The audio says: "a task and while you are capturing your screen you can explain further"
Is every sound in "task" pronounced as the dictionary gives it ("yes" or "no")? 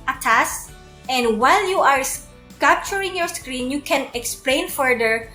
no